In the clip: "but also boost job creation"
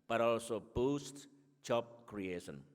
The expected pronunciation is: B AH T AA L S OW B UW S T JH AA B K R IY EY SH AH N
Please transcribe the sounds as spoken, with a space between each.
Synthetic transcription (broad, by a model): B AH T AA L S OW B UW S T CH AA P K R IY EY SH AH N